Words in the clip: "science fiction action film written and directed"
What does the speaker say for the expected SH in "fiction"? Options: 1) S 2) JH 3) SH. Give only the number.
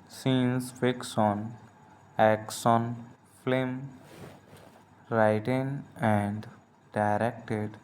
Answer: 1